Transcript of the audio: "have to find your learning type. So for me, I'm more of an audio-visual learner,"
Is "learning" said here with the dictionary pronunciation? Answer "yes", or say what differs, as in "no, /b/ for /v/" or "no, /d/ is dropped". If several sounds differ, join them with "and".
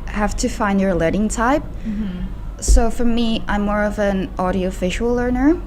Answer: no, /n/ is dropped